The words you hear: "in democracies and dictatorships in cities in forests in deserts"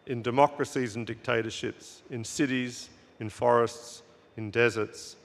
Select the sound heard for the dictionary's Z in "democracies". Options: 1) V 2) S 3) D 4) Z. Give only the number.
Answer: 4